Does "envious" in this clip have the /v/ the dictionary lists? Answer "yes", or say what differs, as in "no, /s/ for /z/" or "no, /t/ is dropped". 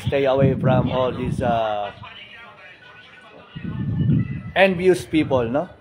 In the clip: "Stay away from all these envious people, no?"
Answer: no, /b/ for /v/